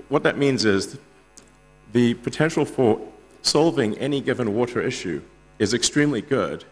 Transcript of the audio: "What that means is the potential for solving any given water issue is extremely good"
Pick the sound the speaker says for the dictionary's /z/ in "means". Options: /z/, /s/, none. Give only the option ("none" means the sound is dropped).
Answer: /z/